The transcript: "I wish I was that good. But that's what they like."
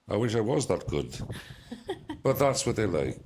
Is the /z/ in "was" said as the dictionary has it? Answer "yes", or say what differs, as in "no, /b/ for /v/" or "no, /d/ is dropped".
yes